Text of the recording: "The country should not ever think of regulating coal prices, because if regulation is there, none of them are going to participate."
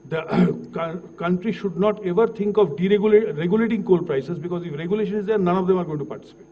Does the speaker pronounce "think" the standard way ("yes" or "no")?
no